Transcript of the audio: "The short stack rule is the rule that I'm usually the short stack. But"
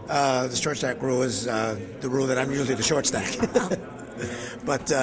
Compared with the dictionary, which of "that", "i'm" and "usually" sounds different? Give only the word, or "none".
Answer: usually